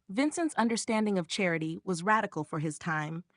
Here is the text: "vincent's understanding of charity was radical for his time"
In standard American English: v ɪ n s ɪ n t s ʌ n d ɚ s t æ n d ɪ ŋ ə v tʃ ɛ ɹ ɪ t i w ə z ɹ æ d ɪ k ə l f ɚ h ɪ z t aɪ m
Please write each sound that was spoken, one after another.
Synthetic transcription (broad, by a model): v ɪ n s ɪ n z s ʌ n d ɚ s t æ n d ɪ ŋ ə v tʃ ɛ ɹ ɪ t i w ə z ɹ æ d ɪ k l f ɚ ɪ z t aɪ m